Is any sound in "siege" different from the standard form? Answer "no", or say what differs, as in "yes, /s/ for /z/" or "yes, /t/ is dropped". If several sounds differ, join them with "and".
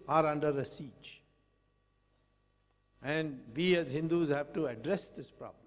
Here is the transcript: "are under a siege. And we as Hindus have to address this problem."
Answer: yes, /tʃ/ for /dʒ/